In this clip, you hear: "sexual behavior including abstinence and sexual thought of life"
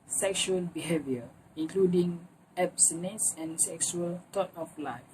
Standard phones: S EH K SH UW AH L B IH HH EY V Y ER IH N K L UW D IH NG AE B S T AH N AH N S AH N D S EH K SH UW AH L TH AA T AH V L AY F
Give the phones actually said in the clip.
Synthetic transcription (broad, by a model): S EH K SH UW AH L B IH HH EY V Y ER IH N K L UW D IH NG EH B S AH N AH S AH N S EH K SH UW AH L T AA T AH F L AY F